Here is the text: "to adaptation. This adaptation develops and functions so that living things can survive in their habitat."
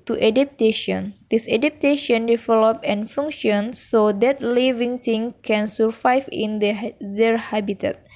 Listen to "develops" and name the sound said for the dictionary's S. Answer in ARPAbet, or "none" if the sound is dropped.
none